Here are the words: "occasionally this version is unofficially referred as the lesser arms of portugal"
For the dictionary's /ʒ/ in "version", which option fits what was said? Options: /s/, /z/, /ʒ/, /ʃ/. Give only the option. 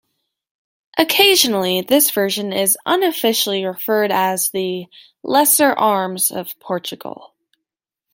/ʒ/